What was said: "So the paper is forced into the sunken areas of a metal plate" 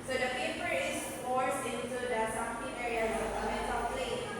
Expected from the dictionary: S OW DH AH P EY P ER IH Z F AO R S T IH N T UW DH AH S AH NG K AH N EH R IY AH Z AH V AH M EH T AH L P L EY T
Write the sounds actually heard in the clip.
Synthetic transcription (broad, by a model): S OW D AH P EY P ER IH S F AO R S IH N T UW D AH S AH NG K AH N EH R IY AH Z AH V AH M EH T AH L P L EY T